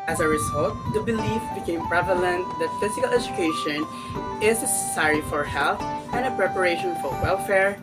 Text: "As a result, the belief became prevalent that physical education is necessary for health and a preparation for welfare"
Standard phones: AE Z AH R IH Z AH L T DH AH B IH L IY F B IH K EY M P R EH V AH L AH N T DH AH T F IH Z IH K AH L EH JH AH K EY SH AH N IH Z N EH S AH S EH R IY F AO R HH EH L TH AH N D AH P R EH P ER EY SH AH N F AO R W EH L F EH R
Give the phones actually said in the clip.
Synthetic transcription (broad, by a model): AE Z AH R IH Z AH L T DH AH B IH L IY F B IH K EY M P R EH V AH L AH N T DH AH T F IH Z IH K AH L EH JH AH K EY SH AH N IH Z N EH S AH S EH R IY F AO R HH EH L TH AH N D AH P R EH P ER EY SH AH N F AO R W EH L F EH R